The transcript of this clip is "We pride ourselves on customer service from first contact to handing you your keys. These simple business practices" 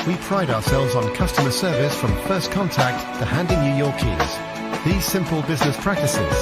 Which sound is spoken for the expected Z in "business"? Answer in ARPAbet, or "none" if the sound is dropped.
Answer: Z